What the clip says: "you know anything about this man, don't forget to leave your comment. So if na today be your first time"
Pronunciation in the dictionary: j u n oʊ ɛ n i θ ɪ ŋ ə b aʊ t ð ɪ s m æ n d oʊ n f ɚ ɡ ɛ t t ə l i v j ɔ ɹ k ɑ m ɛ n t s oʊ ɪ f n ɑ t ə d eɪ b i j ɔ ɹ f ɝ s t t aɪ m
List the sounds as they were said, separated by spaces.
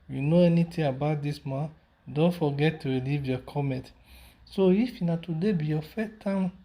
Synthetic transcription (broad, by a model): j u n oʊ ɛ n i t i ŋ ə b aʊ t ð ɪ s m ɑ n d oʊ n f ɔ ɡ ɛ t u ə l i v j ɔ k ɑ m ɛ n t s oʊ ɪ f n ɑ t ə d eɪ b i j ɔ f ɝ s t t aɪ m